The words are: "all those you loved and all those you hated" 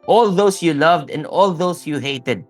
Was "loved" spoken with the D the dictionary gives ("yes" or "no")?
yes